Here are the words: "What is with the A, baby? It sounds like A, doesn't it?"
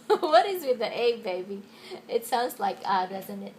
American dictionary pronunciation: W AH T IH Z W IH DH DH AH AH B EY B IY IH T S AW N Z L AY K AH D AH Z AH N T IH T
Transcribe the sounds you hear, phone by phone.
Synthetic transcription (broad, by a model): W AH T IH Z W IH DH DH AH AH B EY B IY IH T S AW N Z L AY K AH D AH Z AH N T IH T